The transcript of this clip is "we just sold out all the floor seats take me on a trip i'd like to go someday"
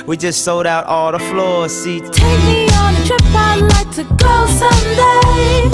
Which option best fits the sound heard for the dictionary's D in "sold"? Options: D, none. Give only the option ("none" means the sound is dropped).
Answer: D